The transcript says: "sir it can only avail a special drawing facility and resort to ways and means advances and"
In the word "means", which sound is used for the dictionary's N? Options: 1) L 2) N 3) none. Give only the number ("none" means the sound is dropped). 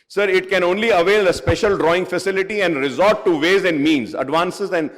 2